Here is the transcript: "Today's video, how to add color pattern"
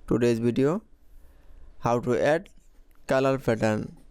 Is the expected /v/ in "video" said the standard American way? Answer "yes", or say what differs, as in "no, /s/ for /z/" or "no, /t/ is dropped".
no, /b/ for /v/